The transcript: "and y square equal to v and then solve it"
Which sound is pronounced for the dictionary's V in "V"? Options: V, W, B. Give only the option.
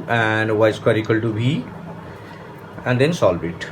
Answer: B